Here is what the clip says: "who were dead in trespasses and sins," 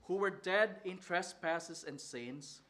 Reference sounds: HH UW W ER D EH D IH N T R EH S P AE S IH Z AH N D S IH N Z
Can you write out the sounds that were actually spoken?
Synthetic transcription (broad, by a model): HH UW W ER D EH D IH N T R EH S P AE S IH S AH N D S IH N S